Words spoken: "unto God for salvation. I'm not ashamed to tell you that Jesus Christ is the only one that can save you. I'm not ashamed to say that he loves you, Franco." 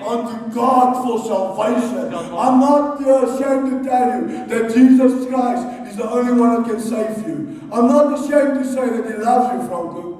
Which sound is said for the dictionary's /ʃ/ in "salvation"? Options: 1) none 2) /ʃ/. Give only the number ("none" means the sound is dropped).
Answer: 2